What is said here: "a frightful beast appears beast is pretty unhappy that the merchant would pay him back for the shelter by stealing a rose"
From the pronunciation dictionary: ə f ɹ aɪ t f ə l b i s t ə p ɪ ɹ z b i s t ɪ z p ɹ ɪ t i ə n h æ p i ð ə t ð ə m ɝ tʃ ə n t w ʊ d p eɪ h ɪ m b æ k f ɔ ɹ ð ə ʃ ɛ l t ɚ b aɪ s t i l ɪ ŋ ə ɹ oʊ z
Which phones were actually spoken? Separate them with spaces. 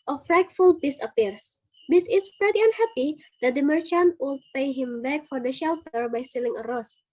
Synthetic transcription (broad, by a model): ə f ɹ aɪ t f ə l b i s ə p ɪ ɹ s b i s ɪ s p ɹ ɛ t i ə n h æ p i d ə t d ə m ɝ tʃ ə n t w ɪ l p eɪ h ɪ m b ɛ k f ɔ ɹ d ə ʃ ɛ l t ɚ b aɪ s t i l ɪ ŋ ə ɹ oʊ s